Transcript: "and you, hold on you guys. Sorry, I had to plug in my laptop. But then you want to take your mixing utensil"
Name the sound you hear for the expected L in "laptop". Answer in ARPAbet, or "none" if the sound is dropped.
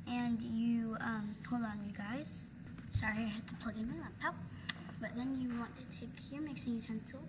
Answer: N